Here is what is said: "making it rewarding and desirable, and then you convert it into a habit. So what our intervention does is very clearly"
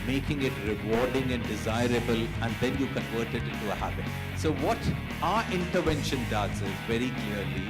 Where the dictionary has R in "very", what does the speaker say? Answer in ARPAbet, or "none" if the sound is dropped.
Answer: R